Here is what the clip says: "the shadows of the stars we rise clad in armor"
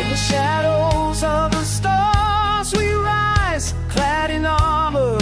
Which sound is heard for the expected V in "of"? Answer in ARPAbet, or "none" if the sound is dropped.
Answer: V